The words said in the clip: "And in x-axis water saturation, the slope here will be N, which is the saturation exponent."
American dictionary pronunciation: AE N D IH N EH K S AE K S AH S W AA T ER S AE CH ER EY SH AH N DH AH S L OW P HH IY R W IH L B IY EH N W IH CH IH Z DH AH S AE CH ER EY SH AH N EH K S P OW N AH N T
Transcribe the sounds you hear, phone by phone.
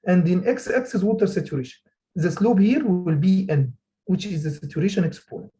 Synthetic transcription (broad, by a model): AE N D IH N EH K S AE K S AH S W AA T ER S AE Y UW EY SH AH N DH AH S L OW B HH IY R W IH L B IY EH N W IH CH IH Z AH S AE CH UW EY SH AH N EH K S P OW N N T